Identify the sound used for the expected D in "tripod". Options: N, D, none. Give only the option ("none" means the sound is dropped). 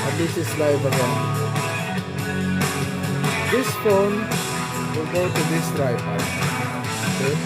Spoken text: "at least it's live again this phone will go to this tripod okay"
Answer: none